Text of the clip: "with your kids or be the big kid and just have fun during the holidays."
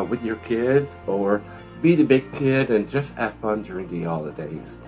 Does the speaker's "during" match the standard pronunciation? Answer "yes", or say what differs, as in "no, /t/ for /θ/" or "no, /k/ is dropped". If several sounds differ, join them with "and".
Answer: yes